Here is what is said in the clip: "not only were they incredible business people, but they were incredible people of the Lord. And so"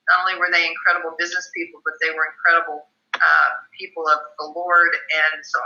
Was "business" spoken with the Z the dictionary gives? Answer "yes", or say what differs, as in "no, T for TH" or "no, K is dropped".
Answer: yes